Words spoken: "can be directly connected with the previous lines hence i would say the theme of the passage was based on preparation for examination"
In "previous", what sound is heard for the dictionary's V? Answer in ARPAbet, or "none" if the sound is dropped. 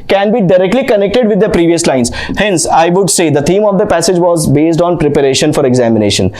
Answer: V